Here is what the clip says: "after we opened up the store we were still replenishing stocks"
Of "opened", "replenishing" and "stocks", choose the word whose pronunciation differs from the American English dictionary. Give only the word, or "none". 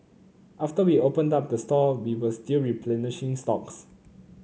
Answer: none